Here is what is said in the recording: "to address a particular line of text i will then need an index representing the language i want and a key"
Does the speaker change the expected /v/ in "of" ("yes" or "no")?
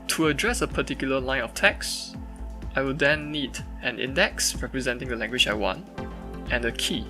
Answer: yes